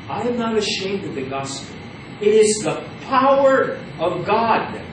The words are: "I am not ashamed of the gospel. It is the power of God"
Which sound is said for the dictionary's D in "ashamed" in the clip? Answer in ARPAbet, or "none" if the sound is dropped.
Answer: D